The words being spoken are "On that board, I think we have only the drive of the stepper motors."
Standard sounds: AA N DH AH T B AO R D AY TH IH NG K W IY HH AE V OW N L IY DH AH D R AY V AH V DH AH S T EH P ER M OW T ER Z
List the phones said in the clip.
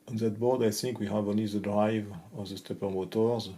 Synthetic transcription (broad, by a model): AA N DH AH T B AO R D AY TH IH NG K W IY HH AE V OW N IY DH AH D R AY V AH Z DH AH S T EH P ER M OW T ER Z